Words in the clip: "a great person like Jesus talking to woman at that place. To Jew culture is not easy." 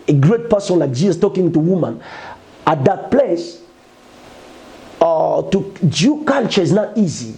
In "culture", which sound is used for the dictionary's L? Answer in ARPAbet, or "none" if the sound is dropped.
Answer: N